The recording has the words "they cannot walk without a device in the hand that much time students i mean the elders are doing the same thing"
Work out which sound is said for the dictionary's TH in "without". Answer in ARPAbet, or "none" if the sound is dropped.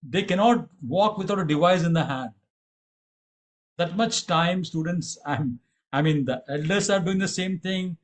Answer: T